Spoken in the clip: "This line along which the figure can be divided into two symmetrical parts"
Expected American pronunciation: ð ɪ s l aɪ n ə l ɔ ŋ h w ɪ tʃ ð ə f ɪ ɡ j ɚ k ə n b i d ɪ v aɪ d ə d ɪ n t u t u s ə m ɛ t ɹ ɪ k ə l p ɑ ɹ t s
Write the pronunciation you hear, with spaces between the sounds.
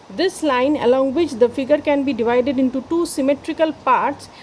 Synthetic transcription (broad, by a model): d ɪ s l aɪ n ə l ɔ ŋ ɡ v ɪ tʃ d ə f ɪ ɡ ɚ k ə n b i d ɪ v aɪ d ə d ɪ n t u t u s ə m ɛ t ɹ ɪ k ə l p ɑ ɹ t s